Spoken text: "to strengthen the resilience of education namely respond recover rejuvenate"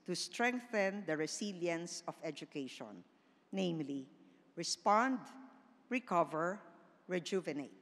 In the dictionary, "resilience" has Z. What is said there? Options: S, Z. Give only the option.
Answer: S